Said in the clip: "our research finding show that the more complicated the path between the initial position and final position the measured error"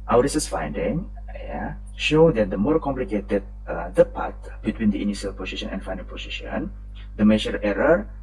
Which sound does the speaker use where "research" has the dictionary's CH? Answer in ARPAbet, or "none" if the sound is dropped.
S